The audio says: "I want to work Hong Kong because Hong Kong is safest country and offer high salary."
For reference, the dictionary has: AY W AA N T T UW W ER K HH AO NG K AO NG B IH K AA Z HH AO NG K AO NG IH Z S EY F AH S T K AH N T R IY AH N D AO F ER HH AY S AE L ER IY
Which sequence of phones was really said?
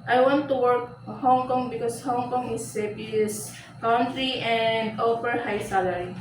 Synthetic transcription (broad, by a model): AY W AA N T T UW W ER K HH AO NG K AO NG B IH K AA S HH AO NG K AO NG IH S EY P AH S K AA N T R IY AH N D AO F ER HH AY S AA L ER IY